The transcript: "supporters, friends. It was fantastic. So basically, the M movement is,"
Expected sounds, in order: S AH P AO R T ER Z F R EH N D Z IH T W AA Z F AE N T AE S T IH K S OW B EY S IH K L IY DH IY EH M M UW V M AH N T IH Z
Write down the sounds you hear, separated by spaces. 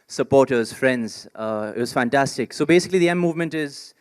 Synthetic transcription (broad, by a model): S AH P AO R T ER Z F R EH N D Z IH T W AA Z F AE N T AE S T IH K S OW B EY S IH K L IY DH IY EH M M UW V M AH N T IH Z